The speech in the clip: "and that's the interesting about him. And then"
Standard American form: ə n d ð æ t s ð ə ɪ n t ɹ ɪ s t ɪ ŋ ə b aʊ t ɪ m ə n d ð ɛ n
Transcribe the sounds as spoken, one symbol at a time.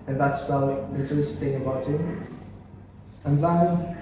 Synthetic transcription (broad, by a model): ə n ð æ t s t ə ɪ t ɪ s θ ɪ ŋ ə b aʊ t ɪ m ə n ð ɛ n